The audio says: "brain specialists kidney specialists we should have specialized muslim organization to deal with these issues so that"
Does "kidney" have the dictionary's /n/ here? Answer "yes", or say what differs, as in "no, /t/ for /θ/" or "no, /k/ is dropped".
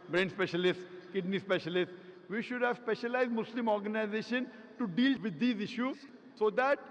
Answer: yes